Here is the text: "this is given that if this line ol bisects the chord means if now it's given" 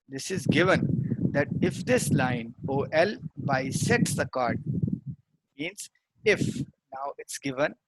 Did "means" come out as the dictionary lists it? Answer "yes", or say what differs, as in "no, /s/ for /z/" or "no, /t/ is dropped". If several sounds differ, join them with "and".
yes